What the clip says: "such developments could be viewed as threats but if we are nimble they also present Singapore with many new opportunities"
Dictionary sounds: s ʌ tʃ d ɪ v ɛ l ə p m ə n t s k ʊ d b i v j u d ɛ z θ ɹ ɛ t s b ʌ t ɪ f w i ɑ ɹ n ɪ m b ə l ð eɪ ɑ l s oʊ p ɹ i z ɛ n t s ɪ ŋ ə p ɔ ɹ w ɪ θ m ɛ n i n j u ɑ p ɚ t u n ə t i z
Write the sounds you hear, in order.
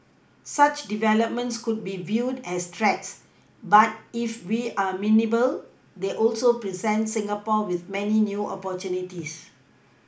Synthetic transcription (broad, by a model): s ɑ tʃ d ɪ v ɛ l ə p m ə n t s k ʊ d b i v j u d ɛ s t ɹ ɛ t s b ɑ t ɪ f w i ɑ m n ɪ b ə l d eɪ ɑ l s oʊ p ɹ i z ɛ n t s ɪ ŋ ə p ɔ w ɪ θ m ɛ n i n j u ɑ p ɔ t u n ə t i s